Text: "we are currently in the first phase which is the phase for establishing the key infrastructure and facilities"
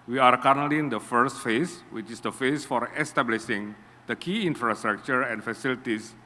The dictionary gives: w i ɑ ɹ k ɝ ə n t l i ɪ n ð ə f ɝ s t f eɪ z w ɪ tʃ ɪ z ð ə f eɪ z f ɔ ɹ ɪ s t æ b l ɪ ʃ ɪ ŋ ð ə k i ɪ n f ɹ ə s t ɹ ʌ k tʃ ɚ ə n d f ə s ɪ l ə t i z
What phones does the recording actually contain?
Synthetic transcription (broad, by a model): w i ɑ ɹ k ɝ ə t n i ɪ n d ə f ɝ s t f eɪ s w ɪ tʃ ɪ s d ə f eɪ s f ɔ ɹ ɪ s t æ b l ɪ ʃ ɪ ŋ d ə k i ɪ n f ɹ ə s t ɹ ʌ k tʃ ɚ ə n f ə s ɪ l t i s